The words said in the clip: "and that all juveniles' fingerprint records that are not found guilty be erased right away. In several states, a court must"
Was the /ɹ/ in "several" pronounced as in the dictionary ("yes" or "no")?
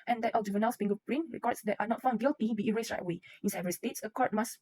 no